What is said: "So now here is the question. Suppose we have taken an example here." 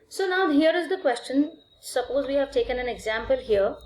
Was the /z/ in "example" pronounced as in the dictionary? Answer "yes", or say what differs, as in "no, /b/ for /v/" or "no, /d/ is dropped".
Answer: yes